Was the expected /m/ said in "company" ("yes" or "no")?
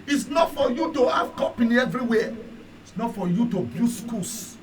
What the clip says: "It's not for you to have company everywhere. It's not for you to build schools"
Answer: no